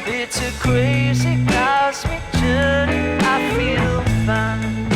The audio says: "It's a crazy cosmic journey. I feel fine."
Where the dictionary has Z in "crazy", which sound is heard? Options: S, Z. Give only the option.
Z